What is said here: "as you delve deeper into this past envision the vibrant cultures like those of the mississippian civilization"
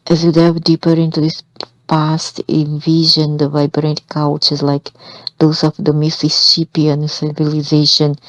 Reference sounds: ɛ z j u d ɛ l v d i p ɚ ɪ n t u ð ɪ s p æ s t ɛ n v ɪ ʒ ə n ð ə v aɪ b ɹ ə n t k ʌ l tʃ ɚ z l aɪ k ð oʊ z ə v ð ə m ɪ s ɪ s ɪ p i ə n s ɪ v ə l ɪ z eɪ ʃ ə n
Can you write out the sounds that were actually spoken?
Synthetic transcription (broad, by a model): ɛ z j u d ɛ v d i p ɚ ɪ n t u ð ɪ s p æ s t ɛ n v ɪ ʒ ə n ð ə v aɪ b ɹ ə n t k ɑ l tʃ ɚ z l aɪ k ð oʊ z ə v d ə m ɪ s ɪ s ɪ p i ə n s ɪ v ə l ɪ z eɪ ʃ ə n